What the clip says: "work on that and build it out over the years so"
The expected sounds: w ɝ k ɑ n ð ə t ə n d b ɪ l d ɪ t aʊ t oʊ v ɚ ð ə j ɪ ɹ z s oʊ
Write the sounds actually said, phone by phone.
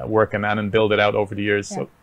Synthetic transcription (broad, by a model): w ɝ k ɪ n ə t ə n b ɪ l d ɪ t aʊ t oʊ v ɚ ð ə j ɪ ɹ z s oʊ